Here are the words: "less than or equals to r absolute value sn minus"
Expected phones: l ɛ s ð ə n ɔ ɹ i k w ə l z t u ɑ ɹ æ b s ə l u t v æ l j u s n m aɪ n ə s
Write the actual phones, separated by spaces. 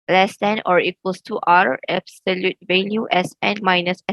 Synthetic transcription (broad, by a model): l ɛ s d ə n ɔ ɹ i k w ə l s t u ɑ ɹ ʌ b s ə l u t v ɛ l j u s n m aɪ n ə s